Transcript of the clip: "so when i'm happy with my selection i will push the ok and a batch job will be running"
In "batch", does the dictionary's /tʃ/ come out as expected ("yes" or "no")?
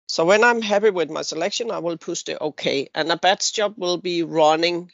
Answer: no